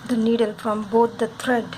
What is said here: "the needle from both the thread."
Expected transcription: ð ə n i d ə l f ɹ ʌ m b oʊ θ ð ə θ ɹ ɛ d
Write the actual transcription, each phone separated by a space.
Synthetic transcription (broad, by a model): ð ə n i d ə l f ɹ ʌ m b oʊ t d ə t ɹ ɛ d